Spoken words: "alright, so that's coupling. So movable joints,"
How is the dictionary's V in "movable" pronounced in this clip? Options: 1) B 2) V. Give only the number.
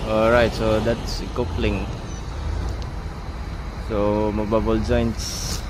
1